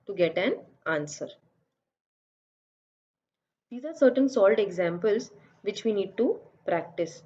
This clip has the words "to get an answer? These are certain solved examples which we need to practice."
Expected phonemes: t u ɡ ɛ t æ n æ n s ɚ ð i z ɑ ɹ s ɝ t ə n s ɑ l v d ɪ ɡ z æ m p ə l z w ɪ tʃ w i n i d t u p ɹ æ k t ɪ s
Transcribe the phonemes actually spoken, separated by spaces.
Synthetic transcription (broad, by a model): t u ɡ ɛ t æ n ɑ n s ɚ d i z ɑ ɹ s ɝ t ə n s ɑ l d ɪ ɡ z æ m p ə l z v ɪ tʃ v i n i d t u p ɹ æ k t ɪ s